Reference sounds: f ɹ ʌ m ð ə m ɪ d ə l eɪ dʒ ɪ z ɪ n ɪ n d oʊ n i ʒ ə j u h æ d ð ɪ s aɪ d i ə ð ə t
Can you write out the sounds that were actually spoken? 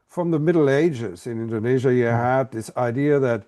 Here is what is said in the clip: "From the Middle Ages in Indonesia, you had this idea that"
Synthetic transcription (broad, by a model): f ɹ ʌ m ð ə m ɪ d l eɪ dʒ ɪ z ɪ n ɪ n d oʊ n i ʒ ə j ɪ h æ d ð ɪ s aɪ d i ə ð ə t